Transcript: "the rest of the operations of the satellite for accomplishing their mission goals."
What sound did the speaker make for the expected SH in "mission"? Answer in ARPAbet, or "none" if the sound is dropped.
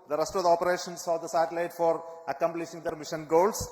SH